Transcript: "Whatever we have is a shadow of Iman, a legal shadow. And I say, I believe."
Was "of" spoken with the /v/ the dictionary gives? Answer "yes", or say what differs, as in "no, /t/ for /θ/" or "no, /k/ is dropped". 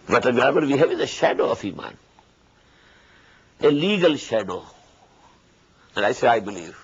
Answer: no, /f/ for /v/